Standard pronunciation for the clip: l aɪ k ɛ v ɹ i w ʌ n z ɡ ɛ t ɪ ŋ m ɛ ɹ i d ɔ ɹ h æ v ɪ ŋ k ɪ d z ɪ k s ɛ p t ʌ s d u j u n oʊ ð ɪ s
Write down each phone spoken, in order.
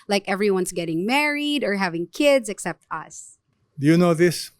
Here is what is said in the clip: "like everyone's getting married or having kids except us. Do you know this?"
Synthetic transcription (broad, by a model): l aɪ k ɛ v ɹ i w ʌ n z ɡ ɛ t ɪ ŋ m ɛ ɹ i d ɔ ɹ h æ v ɪ ŋ k ɪ d z ɪ k s ɛ p t ʌ s d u j u n oʊ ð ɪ s